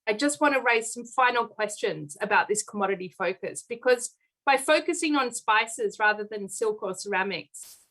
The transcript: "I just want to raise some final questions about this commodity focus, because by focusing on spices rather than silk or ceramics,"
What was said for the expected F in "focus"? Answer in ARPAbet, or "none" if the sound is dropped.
F